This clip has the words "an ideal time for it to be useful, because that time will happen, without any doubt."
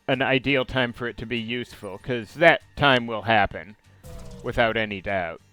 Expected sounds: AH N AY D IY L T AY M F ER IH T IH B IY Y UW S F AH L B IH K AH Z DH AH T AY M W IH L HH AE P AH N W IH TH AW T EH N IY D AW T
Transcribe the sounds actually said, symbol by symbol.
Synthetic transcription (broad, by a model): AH N AY D IY L T AY M F ER IH T IH B IY Y UW S F L K AH Z DH AH T AY M W IH L HH AE P AH N W IH TH AW T EH N IY D AW T